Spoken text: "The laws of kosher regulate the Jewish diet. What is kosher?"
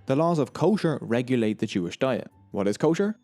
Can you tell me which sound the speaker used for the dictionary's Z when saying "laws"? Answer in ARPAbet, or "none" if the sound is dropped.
Z